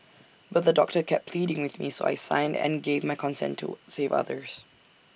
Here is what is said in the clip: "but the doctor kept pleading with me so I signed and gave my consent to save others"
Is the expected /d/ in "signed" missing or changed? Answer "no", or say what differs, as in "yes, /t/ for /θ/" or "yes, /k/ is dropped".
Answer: no